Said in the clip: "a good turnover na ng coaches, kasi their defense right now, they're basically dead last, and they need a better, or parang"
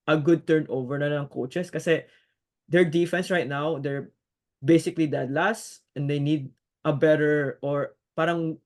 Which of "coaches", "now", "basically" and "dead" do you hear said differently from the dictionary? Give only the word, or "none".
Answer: coaches